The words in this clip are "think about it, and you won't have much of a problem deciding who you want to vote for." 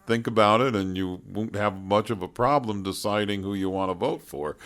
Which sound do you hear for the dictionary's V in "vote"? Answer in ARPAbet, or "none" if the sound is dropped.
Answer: V